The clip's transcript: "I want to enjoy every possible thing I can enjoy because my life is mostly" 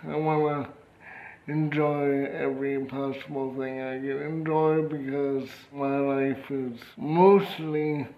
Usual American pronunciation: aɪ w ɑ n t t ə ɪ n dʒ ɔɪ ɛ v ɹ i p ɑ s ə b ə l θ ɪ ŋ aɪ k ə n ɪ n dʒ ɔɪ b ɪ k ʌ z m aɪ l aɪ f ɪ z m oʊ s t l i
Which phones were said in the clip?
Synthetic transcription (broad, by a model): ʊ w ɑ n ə ɪ n dʒ ɔɪ ɛ v ɹ i p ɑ s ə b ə l θ ɪ ŋ aɪ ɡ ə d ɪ n dʒ ɔɪ b ɪ k ʌ z m aɪ l aɪ f ɪ z m oʊ s t l i